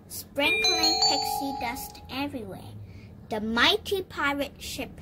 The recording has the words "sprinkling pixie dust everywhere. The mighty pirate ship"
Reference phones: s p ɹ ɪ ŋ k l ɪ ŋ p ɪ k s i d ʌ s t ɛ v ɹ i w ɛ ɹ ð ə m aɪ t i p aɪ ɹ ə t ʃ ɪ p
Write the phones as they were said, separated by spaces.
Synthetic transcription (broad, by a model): s p ɹ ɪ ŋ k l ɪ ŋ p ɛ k s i d ʌ s t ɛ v ɹ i w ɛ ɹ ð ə m aɪ t i p aɪ ɹ ə t ʃ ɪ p